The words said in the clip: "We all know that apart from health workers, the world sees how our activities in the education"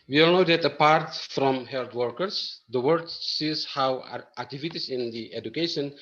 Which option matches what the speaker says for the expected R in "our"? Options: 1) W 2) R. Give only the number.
1